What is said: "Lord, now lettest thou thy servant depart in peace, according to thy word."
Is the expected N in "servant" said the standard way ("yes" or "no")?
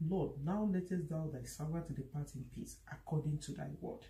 no